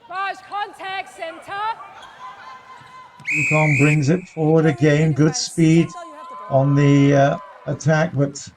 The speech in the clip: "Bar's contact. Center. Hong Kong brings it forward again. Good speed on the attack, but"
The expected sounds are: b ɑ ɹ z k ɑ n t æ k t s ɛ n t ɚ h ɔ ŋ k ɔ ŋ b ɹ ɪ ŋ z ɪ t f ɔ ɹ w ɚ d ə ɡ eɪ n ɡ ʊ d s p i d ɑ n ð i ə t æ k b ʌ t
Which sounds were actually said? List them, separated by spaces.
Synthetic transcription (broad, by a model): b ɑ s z k ɑ n t æ k t s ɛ n t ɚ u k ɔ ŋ b ɹ ɪ ŋ z ɪ t f ɔ ɹ w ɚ d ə ɡ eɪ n ɡ ʊ d s p i d n ð i ə t æ k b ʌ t